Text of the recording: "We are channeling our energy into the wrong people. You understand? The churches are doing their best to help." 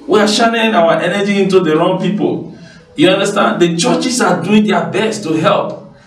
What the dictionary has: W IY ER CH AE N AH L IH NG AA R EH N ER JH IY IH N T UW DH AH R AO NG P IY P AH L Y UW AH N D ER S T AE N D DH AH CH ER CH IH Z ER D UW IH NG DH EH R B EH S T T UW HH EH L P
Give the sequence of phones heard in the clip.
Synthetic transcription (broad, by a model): W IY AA SH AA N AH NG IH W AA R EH N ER JH IY IH N T UW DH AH R AO NG P IY P AH L Y UW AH N D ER S T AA N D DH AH CH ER CH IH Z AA D UW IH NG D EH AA B EH S T T UW HH EH L P